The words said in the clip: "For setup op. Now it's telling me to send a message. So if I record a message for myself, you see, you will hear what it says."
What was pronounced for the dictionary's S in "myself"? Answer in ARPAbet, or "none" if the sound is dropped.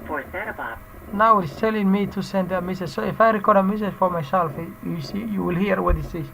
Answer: SH